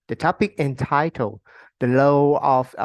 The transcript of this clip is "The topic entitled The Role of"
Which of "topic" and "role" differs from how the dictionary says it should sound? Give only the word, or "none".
role